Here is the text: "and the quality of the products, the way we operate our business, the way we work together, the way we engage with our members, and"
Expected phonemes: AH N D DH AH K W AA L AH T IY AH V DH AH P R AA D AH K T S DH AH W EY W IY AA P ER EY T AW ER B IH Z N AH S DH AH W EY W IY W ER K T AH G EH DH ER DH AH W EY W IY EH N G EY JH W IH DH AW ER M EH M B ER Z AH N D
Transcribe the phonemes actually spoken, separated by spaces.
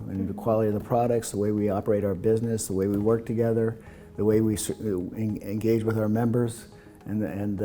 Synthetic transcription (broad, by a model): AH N DH AH K W AA L AH T IY AH V DH AH P R AA D AH K T S DH AH W EY W IY AA P ER EY T AW ER B IH Z N AH S DH AH W EY W IY W ER K T AH G EH DH ER DH AH W EY W IY EH N G EY JH W IH DH AW ER M EH M B ER Z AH N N